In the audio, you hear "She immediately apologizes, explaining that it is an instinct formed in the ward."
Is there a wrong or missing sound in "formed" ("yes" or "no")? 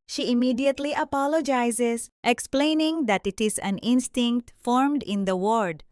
no